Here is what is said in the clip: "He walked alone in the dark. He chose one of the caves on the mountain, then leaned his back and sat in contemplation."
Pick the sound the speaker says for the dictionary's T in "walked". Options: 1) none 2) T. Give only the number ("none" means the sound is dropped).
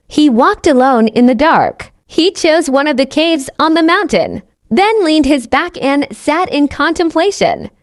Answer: 2